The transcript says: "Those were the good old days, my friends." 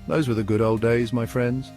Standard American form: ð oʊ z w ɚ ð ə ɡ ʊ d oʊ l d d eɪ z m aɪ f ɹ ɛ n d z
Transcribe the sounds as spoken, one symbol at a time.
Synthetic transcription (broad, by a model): ð oʊ z w ɚ ð ə ɡ ʊ d oʊ l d d eɪ z m aɪ f ɹ ɛ n d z